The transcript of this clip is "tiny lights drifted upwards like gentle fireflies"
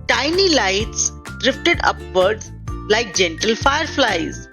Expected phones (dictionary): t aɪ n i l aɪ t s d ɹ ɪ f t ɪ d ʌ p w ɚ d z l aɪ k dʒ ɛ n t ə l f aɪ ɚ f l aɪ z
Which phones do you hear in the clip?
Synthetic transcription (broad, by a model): t aɪ n i l aɪ t s d ɹ ɪ f t ɪ d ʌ p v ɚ d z l aɪ k dʒ ɛ n t ə l f aɪ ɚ f l aɪ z